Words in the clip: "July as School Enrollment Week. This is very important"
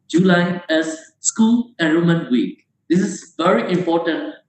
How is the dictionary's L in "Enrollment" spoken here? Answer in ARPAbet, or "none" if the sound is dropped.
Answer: none